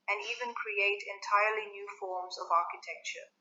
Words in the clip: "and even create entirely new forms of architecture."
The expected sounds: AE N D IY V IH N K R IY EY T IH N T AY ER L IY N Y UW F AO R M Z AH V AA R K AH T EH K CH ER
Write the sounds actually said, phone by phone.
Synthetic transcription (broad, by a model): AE N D IY V IH N K R IY EY T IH N T AY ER L IY N Y UW F AO R M Z AH V AA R K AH T EH K CH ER